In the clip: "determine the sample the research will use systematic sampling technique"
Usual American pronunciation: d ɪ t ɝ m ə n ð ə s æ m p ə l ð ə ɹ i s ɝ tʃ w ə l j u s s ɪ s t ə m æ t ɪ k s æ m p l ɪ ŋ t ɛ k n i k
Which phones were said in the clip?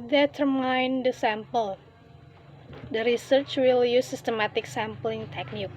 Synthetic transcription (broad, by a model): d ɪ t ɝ m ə n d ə s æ m p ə l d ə ɹ i s ɝ tʃ w ə l j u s s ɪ s t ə m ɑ t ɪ k s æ m p l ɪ ŋ t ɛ k n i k